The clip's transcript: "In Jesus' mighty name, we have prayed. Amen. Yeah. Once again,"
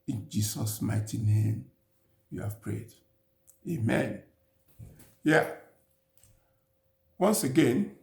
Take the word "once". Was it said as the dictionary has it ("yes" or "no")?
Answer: yes